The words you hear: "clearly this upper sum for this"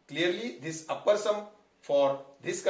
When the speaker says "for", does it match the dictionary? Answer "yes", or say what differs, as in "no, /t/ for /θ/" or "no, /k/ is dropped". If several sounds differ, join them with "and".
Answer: yes